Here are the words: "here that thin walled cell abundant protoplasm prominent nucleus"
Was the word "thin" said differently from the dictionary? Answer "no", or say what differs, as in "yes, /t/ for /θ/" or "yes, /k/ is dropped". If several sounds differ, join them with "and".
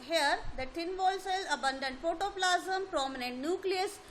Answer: yes, /t/ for /θ/